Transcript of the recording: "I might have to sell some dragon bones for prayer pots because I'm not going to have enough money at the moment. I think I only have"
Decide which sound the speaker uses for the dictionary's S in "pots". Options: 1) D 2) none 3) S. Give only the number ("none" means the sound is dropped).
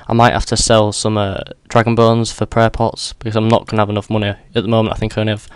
3